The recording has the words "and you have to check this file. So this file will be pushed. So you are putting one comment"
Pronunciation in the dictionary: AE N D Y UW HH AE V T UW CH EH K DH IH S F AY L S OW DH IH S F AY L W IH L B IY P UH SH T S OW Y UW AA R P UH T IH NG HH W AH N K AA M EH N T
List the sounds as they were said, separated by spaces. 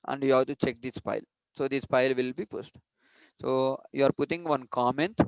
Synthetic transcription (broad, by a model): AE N D Y UW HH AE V T UW CH EH K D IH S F AY L S OW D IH S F AY L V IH L B IY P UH S T S OW Y UW AA R P UH T IH NG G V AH N K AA M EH N T